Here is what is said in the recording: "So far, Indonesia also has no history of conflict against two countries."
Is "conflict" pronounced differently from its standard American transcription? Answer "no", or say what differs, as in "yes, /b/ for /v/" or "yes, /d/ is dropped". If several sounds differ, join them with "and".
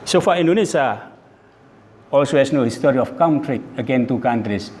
yes, /t/ is dropped